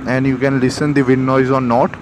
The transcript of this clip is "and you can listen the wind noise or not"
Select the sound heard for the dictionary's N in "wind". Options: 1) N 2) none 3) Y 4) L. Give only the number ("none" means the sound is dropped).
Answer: 2